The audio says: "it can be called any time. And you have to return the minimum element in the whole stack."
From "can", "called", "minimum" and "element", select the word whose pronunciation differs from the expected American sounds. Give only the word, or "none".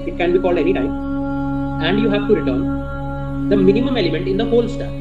none